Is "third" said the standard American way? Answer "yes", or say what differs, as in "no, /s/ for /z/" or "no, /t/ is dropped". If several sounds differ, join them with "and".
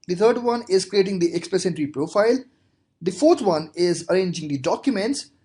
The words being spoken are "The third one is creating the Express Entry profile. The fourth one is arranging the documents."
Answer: no, /t/ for /θ/